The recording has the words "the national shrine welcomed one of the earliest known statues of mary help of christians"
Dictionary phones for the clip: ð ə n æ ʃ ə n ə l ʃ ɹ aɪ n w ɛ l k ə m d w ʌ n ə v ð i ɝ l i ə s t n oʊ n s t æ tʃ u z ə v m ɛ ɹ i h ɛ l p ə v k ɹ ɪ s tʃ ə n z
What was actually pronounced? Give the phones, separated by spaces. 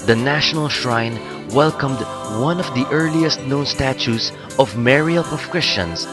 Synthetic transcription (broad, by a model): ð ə n æ ʃ ə n ə l ʃ ɹ aɪ n w ɛ l k ə m d w ʌ n ə v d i ɝ l i ə s t n oʊ n s t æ tʃ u s ə v m ɛ ɹ i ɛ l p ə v k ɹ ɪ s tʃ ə n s